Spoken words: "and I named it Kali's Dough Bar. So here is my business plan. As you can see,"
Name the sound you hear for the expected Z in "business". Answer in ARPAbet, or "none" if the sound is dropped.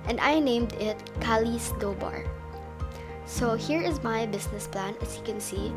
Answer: S